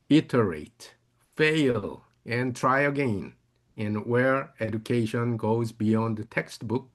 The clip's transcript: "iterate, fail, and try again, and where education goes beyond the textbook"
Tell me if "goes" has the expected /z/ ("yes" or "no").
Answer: yes